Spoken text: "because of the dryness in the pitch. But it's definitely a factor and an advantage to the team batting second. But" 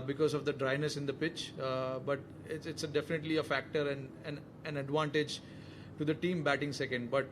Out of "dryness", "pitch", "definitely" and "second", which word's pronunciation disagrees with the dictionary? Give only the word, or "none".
none